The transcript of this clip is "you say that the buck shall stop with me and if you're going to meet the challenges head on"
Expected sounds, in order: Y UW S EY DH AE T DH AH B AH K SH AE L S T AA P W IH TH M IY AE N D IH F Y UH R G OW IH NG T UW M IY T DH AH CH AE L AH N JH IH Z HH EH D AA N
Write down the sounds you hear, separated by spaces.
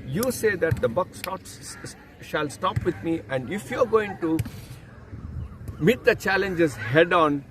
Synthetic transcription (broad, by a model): Y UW S EY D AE T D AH B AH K SH AE L S T AA P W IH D M IY AE N D IH F Y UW R G OW IH NG T UW M IY T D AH CH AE L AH N JH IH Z HH EH D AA N